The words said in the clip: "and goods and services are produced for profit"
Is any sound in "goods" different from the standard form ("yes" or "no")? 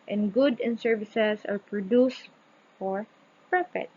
yes